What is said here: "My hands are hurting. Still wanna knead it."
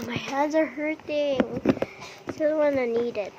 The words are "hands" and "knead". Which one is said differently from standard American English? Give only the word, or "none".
hands